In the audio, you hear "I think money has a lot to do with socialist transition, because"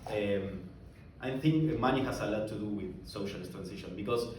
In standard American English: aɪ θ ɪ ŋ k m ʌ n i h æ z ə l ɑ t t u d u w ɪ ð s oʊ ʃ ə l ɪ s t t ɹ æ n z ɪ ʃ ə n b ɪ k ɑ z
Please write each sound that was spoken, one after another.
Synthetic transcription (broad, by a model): aɪ θ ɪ ŋ k m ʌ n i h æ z ə l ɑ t t u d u w ɪ ð s oʊ ʃ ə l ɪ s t t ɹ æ n s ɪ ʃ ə n b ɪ k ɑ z